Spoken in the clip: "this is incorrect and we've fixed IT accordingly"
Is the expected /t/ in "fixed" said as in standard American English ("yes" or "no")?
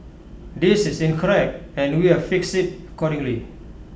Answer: no